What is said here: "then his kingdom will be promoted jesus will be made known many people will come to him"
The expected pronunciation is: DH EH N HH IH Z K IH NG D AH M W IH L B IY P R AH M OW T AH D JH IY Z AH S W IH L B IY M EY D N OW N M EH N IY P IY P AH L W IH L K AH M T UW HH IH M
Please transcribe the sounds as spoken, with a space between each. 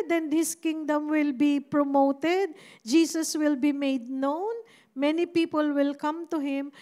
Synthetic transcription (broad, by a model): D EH N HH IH S K IH NG D AH M W IH L B IY P R AH M OW T AH D JH IY S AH S W IH L B IY M EY D N OW N M EH N IY P IY P AH L W IH L K AH M T UW HH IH M